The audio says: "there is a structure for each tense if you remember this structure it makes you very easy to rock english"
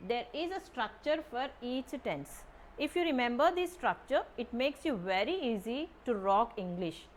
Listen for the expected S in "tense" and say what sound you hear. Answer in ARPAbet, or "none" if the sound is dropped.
S